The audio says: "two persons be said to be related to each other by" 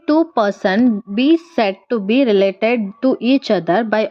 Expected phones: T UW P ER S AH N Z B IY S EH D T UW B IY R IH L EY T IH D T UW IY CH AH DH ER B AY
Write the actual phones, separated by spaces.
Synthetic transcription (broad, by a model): T UW P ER S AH N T B IY S EH D T UW B IY R IH L EY T IH D T UW IY CH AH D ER B AY